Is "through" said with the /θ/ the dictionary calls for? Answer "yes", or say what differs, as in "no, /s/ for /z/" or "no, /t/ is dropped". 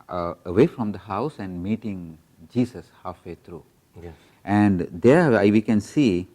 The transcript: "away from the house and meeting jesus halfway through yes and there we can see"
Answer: no, /t/ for /θ/